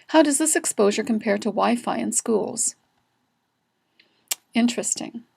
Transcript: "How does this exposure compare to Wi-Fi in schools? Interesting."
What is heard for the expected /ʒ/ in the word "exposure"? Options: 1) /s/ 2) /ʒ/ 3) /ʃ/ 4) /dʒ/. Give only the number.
2